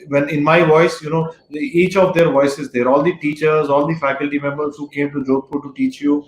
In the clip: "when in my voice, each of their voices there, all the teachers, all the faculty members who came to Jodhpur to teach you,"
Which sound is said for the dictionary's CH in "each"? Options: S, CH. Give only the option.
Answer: CH